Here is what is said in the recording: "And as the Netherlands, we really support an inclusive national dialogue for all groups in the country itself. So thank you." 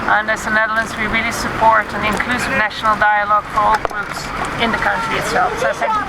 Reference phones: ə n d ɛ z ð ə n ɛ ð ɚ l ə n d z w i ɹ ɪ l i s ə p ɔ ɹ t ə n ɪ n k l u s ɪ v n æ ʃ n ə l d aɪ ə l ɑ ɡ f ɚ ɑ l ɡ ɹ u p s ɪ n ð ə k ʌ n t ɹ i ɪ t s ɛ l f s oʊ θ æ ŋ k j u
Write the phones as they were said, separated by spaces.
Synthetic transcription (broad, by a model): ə n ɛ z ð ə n ɛ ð l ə n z w i ɹ ɪ l i s ə p ɔ ɹ t ə n ɪ n k l u s ɪ v n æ ʃ n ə l d aɪ ə l ɑ ɡ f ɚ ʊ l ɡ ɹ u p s ɪ n ð ə k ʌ n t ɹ i ɪ t s ɛ l f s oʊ s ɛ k